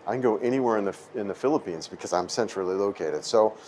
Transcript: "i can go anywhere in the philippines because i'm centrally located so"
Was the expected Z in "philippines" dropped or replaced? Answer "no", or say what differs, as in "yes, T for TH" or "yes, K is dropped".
no